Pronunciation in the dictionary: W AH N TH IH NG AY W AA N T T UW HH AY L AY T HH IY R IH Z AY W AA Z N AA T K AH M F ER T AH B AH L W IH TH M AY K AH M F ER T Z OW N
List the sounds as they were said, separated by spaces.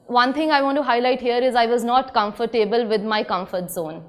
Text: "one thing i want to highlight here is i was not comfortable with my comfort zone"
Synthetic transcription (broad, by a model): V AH N T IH NG AY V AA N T T UW HH AY L AY T HH IY R IH Z AY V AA Z N AA T K AH M F ER T AH B AH L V IH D M AY K AH M F ER T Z OW N